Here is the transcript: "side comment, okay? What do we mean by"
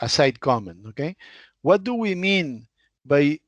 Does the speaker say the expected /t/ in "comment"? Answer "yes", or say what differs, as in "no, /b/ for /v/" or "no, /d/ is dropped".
no, /t/ is dropped